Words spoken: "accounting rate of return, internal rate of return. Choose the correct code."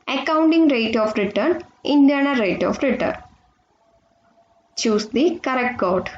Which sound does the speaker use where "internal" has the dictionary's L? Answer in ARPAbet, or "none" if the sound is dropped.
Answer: N